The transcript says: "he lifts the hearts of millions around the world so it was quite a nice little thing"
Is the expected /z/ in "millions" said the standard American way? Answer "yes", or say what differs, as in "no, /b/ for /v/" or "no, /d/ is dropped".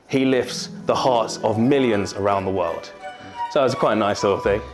yes